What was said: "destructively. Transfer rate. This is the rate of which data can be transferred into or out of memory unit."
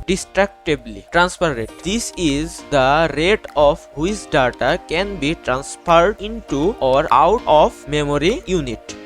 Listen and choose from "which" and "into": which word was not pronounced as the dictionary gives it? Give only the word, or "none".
which